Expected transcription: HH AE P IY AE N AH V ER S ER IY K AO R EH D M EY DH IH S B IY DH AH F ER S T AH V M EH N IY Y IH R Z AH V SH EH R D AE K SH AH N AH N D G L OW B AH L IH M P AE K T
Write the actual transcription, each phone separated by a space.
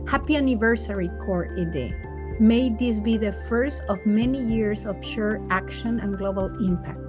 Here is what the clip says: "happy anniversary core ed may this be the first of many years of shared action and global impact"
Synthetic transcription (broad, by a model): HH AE P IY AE N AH V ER S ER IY K AO R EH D M EY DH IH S B IY DH AH F ER S T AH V M EH N IY Y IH R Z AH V SH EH R AE K SH AH N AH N G L OW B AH L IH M P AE K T